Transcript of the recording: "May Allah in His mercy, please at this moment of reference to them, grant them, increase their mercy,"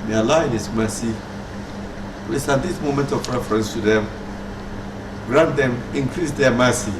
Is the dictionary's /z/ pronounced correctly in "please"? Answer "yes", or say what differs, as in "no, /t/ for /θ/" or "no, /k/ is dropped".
no, /s/ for /z/